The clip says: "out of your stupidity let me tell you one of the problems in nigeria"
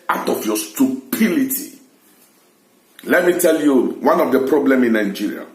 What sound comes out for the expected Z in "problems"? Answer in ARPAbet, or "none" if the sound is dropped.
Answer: none